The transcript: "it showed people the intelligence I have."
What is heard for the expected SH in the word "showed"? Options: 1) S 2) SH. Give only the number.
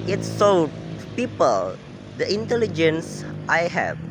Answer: 1